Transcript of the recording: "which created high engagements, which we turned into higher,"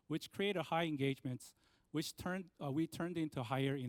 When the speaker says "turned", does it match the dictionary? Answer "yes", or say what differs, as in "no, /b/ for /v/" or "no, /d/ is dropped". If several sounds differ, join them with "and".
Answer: yes